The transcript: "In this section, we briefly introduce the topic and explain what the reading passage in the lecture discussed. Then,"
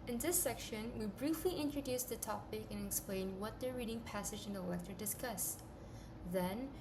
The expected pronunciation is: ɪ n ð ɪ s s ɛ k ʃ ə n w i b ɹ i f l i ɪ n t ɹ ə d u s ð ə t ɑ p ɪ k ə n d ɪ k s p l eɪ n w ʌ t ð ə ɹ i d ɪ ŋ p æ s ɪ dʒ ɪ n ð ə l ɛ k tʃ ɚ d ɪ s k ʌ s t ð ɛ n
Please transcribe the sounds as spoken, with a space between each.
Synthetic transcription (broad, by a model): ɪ n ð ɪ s s ɛ k ʃ ə n w i b ɹ i f l i ɪ n t ɹ ə d u s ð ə t ɑ p ɪ k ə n ɪ k s p l eɪ n w ʌ t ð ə ɹ i d ɪ ŋ p æ s ɪ dʒ ɪ n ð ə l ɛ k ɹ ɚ d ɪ s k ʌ s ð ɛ n